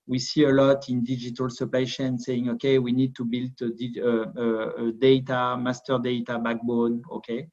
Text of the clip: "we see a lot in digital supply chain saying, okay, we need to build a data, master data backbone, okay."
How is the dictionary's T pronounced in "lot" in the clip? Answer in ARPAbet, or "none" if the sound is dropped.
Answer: T